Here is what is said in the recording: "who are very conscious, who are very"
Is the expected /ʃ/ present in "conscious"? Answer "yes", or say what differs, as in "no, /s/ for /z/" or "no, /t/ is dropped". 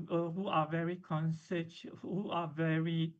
no, /s/ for /ʃ/